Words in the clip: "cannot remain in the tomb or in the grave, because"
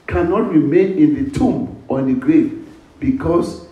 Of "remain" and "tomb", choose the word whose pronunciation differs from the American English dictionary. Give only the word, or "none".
none